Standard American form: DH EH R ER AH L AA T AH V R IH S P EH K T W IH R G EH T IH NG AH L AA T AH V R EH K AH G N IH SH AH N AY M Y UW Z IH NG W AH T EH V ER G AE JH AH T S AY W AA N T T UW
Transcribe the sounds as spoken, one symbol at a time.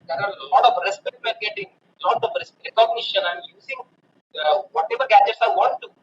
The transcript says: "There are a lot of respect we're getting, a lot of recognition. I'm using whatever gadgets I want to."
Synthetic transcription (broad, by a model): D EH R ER AH L AA T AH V R IH S P EH K T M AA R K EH T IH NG AH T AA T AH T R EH K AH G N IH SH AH N AY M Y UW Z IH NG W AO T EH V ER G AE JH AH T S AY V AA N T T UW